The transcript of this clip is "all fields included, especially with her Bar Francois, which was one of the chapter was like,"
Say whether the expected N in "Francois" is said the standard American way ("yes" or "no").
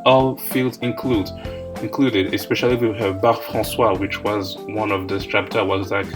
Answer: no